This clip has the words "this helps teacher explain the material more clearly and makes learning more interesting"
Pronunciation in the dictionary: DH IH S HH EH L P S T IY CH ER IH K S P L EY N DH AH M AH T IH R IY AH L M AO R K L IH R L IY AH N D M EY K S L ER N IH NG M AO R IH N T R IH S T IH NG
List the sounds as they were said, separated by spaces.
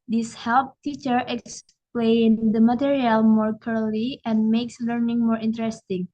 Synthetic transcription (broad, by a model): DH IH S HH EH L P T IY CH ER IH K S P L EY N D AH M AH T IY R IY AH L M AO R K IH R L IY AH N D M EY K S L ER N IH NG M AO R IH N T R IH S T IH NG